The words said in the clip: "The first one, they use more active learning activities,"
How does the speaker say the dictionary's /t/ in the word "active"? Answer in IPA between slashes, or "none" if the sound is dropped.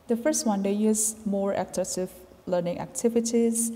/s/